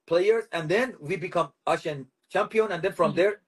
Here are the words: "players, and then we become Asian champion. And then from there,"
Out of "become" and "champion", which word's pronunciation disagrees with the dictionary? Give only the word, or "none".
none